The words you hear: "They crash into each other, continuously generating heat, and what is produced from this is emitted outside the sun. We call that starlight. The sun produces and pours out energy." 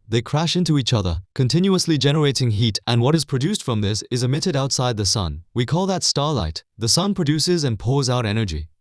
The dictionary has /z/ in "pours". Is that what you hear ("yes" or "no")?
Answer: yes